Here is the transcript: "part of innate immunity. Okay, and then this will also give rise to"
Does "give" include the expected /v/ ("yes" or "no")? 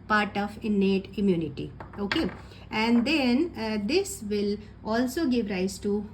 yes